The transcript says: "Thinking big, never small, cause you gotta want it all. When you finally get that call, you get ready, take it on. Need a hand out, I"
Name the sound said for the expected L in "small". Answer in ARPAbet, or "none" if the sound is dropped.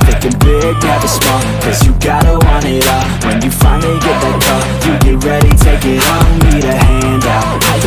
N